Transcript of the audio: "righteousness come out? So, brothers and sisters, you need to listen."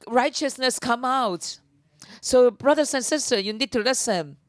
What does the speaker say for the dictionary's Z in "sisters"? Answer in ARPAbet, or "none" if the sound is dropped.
none